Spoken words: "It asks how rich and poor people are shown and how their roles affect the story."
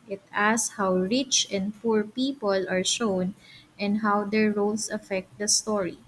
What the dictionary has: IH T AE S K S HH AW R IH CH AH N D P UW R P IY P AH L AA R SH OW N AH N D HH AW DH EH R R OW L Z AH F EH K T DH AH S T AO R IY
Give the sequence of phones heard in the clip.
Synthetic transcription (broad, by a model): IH T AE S S HH AW R IH CH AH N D P UW R P IY P AH L AA R SH OW N AH N D HH AW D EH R R OW L S AH F EH K T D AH S T AO R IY